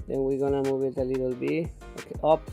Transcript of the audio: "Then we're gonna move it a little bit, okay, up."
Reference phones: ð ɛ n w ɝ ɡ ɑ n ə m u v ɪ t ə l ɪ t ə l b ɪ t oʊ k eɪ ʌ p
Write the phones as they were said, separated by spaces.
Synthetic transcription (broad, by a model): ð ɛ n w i ɡ ɑ n ə m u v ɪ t ə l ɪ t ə l b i oʊ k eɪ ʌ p